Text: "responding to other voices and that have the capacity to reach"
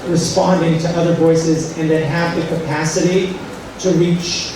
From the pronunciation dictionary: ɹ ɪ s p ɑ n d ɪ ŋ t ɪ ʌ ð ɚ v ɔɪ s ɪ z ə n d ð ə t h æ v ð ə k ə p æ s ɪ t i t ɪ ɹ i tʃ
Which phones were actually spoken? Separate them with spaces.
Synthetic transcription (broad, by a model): ɹ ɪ s p ɑ n d ɪ ŋ t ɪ ʌ ð ɚ v ɔɪ s ɪ z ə n ð ə t h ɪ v ð ə k ə p æ s ɪ t i t ɪ ɹ i tʃ